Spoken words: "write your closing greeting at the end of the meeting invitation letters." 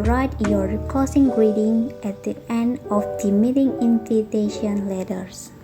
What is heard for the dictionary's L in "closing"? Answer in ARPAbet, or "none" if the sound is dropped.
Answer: none